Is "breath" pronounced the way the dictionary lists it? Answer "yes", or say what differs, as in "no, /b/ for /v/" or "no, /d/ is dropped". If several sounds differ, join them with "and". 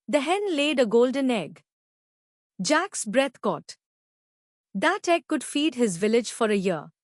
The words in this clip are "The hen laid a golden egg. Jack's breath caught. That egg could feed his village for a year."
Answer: no, /t/ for /θ/